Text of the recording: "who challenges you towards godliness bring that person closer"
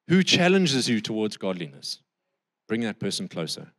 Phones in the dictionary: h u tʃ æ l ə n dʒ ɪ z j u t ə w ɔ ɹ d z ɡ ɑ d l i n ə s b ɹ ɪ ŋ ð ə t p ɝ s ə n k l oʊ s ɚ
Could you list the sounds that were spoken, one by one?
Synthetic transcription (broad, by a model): h u tʃ æ l ə n dʒ ɪ z j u t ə w ɔ d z ɡ ɑ d l i n ə s b ɹ ɪ ŋ ð ə t p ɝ s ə n k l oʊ s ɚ